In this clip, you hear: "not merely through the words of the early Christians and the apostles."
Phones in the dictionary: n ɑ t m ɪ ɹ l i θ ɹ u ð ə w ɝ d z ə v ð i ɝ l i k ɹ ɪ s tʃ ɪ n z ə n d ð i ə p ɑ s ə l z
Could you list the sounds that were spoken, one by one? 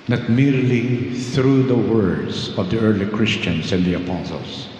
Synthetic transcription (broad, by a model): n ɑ t m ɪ ɹ l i θ ɹ u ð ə w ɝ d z ə v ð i ɝ l i k ɹ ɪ s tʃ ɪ n s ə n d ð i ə p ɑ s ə l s